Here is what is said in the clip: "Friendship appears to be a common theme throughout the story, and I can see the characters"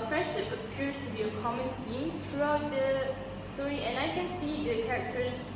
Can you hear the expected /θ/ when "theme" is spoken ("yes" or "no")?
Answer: no